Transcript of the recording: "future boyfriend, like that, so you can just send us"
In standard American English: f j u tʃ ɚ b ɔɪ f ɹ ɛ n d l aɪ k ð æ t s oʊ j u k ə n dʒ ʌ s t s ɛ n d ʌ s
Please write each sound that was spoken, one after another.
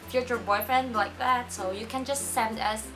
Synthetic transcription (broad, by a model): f j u tʃ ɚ b ɔɪ f ɹ ɛ n d l aɪ k ð æ t s oʊ j u k ə n dʒ ʌ s t s ɛ n d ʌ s